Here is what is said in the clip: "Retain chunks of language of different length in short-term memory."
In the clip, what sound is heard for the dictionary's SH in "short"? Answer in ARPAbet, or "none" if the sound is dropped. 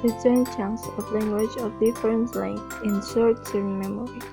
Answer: S